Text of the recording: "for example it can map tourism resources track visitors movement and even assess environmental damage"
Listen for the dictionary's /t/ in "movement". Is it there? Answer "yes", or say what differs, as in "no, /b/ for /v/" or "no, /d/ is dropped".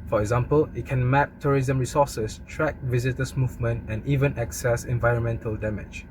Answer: yes